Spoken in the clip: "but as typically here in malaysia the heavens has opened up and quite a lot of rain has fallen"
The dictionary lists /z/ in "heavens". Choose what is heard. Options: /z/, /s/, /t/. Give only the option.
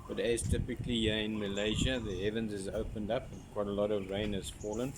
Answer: /z/